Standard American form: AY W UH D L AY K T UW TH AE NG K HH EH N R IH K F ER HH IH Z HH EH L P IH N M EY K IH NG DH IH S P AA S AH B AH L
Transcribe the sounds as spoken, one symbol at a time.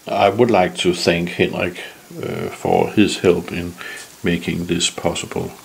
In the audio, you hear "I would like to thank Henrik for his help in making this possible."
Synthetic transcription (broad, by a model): AY W UH D L AY K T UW TH AE NG K HH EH N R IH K F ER HH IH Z HH EH L P IH N M EY K IH NG DH IH S P AA S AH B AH L